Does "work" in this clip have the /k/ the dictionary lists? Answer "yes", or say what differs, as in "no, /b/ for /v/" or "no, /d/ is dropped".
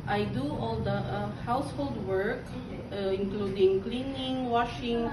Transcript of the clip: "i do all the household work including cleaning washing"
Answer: yes